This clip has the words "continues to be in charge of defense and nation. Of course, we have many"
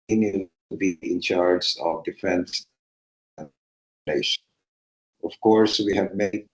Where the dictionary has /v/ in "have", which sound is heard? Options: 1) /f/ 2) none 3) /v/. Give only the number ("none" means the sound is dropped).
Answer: 3